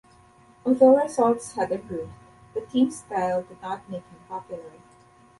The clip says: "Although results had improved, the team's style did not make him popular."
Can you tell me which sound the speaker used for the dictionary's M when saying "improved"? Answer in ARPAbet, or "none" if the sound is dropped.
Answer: none